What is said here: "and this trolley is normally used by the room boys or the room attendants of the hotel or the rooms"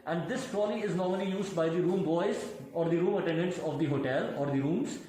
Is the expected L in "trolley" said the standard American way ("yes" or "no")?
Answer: no